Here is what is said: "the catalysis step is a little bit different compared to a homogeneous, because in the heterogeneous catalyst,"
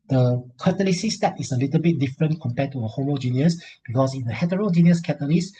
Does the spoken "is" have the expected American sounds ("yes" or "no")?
no